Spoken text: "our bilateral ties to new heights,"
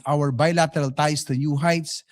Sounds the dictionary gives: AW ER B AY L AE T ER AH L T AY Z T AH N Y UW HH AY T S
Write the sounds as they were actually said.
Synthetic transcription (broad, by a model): AW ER B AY L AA T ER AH L T AY S T AH N Y UW HH AY T S